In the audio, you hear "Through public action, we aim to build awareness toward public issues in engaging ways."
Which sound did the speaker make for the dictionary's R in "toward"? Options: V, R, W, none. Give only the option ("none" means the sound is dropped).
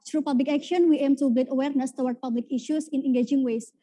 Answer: W